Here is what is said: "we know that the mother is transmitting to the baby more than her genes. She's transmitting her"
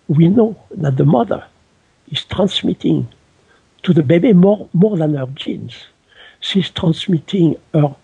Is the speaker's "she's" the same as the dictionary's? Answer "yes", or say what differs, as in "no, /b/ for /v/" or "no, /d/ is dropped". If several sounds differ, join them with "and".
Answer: no, /s/ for /ʃ/